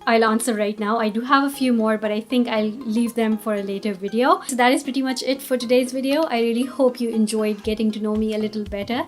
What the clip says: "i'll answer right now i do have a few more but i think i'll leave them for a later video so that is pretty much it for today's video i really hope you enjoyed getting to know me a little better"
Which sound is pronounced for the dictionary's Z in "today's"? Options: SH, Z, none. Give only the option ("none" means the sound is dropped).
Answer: Z